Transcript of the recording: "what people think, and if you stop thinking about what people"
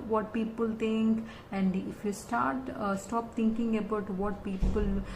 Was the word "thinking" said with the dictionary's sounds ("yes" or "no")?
no